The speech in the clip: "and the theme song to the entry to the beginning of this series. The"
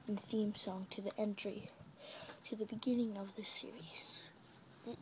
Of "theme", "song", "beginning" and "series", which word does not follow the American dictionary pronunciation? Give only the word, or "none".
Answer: none